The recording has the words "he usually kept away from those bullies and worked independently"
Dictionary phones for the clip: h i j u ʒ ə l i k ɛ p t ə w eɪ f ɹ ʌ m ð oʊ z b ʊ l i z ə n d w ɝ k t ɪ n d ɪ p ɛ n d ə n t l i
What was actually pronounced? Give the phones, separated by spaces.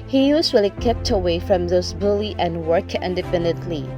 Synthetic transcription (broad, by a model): h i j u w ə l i k ɛ p t ə w eɪ f ɹ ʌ m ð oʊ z b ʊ l i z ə n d w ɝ k ɪ n d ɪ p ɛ n d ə n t l i